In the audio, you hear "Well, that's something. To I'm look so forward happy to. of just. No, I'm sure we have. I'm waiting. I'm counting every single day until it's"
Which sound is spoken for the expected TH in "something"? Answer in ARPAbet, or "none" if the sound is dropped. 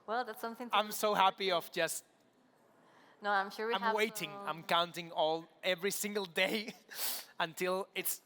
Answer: TH